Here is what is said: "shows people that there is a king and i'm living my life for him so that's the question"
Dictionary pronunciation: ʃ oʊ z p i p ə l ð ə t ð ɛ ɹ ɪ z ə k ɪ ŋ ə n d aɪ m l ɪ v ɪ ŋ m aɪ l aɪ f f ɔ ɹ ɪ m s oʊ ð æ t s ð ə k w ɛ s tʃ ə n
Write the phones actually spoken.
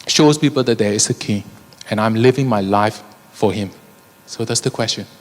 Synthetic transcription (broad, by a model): ʃ oʊ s p i p ə l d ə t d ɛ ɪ s ə k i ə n aɪ m l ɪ v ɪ ŋ m aɪ l aɪ f f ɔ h ɪ m s oʊ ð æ t s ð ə k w ɛ s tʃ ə n